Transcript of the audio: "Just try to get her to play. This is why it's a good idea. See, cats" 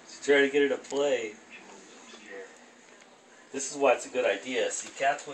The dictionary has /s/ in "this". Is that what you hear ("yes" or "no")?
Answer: yes